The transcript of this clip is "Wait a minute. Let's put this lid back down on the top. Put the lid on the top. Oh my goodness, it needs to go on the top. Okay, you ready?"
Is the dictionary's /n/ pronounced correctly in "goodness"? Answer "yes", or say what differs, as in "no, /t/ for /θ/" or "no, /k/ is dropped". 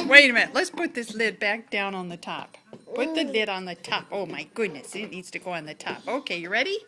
yes